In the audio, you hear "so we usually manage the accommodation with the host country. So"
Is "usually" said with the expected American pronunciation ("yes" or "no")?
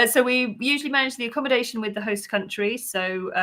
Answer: yes